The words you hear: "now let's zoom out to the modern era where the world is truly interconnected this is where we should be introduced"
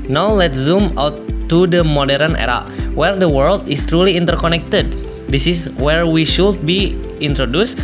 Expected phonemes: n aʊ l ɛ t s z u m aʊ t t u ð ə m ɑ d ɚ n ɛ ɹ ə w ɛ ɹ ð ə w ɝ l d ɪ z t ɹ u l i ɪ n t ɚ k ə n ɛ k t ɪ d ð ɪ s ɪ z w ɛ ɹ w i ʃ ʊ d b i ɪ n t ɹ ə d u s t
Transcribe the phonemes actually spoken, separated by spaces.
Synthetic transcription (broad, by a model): n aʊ l ɛ t s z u m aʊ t t u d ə m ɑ d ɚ n ɛ ɹ ə w ɛ ɹ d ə w ɝ l d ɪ s t ɹ u l i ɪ n t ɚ k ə n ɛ k t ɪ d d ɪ s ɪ s w ɛ ɹ w i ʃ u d b i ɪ n t ɹ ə d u s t